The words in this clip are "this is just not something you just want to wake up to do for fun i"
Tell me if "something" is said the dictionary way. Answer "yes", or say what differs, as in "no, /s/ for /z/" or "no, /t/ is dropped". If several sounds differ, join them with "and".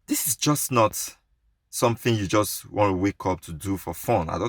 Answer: yes